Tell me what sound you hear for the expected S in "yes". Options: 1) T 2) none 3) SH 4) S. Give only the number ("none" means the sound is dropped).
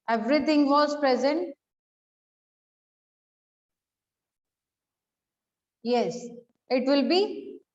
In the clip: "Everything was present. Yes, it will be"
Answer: 4